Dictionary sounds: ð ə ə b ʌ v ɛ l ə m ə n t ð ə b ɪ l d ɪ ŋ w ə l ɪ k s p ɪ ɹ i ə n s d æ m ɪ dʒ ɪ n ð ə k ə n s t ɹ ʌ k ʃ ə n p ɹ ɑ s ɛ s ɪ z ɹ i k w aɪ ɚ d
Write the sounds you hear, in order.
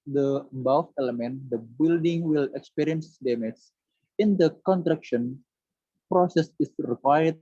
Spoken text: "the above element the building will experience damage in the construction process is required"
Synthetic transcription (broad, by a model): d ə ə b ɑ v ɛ l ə m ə n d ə b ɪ l d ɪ ŋ w ə l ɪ k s p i ɹ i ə n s d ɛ m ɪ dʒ ɪ n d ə k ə n t ɹ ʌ k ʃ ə n p ɹ ɑ s ɛ s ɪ s ɹ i k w aɪ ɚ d